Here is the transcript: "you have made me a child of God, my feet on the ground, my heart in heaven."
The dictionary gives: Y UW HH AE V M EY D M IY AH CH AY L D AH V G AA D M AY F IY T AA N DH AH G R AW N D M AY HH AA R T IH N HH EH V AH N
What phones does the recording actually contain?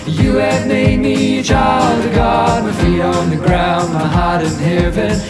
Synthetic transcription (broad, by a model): Y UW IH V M EY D M IY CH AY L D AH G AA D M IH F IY AA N DH AH G R AW N D M AY HH AA R T IH N HH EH V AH N